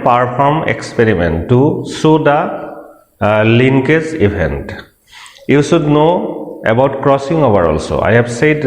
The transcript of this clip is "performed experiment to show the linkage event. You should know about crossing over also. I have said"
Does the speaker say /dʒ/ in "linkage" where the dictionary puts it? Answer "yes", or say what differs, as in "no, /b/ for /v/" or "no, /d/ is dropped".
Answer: no, /z/ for /dʒ/